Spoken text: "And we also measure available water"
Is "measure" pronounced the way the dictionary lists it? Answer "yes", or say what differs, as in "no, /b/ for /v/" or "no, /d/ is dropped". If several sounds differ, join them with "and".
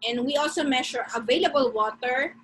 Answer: no, /ʃ/ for /ʒ/